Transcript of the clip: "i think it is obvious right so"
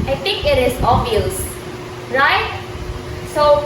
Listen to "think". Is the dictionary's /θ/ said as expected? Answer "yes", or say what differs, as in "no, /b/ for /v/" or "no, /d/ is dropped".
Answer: no, /t/ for /θ/